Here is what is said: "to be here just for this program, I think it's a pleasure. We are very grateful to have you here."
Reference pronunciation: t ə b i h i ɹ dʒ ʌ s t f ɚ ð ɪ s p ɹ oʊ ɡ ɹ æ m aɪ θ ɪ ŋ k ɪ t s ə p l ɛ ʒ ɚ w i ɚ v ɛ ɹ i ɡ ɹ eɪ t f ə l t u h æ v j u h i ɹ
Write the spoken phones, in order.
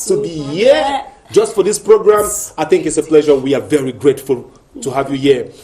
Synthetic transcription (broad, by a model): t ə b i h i dʒ ʌ s t f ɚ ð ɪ s p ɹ oʊ ɡ ɹ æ m aɪ θ ɪ ŋ k ɪ t s ə p l ɛ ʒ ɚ w i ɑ v ɛ ɹ i ɡ ɹ eɪ t f ə l t u h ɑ v j u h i